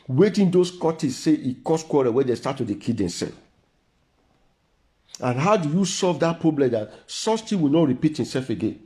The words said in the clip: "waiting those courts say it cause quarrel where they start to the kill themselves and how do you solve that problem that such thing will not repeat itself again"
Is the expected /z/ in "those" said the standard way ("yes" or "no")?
no